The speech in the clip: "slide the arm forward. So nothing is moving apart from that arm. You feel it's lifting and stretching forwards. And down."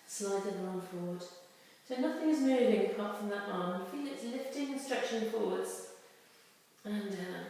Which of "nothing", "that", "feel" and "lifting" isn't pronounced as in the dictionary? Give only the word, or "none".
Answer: none